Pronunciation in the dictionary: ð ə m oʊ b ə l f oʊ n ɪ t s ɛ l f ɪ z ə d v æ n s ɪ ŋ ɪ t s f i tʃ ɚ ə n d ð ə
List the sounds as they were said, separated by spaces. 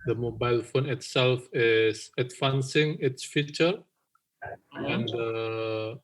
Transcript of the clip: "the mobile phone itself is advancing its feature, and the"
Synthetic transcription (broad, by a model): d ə m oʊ b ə l f oʊ n ɪ t s ɛ l f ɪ s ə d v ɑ n s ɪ ŋ ɪ t s f i tʃ ɚ ə n d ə